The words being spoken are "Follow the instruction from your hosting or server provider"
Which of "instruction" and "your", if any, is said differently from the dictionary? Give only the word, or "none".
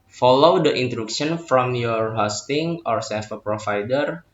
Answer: instruction